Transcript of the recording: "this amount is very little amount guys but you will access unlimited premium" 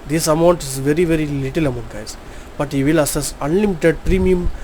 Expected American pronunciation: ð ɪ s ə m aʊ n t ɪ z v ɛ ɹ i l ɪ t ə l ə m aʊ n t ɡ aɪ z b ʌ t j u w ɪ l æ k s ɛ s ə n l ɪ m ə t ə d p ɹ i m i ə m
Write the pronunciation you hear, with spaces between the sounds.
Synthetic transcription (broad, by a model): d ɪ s ə m aʊ n t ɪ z v ɛ ɹ i l ɪ t ə l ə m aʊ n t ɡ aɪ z b ʌ t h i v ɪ l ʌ s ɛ s ə n l ɪ m ə t ə d p ɹ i m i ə m